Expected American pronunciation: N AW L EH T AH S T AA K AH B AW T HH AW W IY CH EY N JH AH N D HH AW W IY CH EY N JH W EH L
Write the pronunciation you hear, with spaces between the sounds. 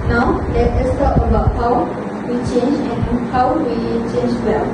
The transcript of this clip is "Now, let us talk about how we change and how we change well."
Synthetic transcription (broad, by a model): N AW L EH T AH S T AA AH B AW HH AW W IY CH EY N JH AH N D HH AW W IY CH EY N JH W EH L